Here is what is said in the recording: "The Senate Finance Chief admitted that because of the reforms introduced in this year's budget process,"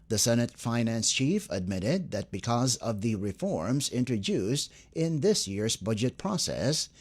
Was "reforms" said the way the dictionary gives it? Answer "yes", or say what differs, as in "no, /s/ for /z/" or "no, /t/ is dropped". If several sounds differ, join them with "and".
yes